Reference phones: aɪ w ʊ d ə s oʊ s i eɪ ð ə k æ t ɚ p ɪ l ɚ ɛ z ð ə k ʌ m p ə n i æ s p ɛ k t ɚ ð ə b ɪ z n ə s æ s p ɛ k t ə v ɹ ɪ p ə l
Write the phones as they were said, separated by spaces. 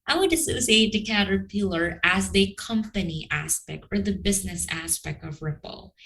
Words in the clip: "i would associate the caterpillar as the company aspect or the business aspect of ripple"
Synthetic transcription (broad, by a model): aɪ w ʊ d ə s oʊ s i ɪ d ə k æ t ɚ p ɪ l ɚ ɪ z ð ə k ʌ m p ə n i æ s p ɛ k t ɚ ð ə b ɪ z n ə s æ s p ɛ k t ə v ɹ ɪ p l